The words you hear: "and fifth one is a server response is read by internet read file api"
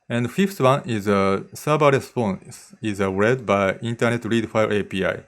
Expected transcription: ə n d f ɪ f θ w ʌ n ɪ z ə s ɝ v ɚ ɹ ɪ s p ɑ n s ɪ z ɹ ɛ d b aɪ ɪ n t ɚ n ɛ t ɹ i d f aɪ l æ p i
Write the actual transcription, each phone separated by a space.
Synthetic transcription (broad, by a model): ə n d f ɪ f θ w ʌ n ɪ z ə s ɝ b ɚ ɹ ɪ s p ɑ n s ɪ z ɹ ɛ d b aɪ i n t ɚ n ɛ t ɹ i d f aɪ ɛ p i